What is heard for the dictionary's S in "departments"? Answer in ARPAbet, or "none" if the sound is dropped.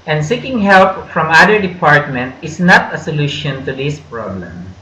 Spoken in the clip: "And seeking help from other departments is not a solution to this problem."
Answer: none